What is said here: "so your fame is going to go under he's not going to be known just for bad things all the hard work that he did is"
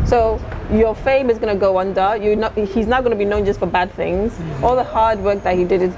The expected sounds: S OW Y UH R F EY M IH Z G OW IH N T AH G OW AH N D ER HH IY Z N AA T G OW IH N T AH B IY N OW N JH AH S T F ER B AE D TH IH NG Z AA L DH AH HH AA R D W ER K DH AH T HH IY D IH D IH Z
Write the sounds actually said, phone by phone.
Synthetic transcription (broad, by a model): S OW Y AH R F EY M IH Z G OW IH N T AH G OW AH N D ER HH IY Z N AA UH G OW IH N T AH B IY N OW N JH AH S T F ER B AE D TH IH NG Z AA L DH AH HH AA R D W ER K DH AH T HH IY D IH D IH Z